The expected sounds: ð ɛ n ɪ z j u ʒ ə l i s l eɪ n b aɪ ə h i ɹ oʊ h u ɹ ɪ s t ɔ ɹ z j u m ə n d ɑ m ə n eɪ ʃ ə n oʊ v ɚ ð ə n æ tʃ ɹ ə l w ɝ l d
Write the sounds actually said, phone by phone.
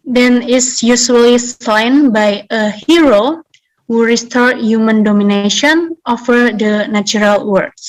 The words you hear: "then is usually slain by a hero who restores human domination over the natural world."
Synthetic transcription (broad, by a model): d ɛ n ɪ s j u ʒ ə l i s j n b aɪ ə h i ɹ oʊ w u ɹ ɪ s t ɔ ɹ j u m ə n d ɑ m ə n eɪ ʃ ə n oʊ f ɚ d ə n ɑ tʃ ɹ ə l w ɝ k